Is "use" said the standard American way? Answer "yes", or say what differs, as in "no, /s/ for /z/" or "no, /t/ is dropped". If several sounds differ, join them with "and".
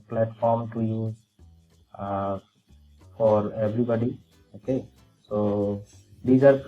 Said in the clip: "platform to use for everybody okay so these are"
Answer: no, /s/ is dropped